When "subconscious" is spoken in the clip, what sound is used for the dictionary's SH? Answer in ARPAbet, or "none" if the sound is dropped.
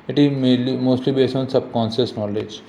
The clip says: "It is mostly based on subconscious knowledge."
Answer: S